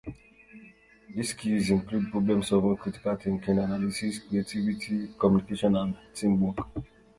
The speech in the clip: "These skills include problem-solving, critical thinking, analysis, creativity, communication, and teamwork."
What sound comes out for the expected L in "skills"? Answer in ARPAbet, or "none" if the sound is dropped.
none